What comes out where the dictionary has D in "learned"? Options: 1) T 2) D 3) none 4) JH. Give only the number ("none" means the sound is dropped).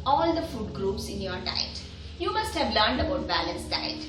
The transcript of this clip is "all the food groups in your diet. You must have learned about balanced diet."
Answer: 2